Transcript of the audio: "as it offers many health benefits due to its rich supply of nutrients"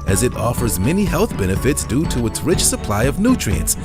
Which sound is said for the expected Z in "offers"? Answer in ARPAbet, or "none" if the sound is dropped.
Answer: Z